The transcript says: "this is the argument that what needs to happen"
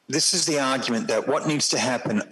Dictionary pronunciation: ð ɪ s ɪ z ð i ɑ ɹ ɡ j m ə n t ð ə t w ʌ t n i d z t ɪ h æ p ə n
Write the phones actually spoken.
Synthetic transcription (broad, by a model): ð ɪ s ɪ z ð i ɑ ɹ ɡ j m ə n ð ə t w ʌ t n i d z t ɪ h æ p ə n